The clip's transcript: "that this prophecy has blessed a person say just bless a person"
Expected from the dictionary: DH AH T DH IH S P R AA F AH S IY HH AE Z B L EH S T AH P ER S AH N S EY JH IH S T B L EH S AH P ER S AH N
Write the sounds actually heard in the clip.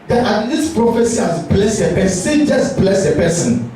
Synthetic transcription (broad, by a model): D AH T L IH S P R AA F AH S IY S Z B L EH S AH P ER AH S EY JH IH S B L EH S AH P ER S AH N